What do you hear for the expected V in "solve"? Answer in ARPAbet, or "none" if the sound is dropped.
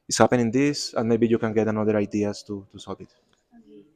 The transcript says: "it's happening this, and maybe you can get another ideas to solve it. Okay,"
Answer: B